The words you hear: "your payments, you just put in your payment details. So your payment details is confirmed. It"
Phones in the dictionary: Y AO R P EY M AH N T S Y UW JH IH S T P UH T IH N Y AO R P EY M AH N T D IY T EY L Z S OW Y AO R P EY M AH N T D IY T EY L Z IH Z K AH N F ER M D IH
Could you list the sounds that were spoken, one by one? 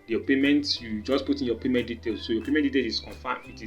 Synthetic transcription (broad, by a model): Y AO P EY M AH N T Y UW JH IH S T P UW T IH N Y AO P EY M AH N T D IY T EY L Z S OW Y AO P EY M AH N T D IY T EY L IH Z K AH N F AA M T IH